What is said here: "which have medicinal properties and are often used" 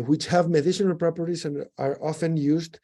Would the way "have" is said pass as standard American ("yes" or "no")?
yes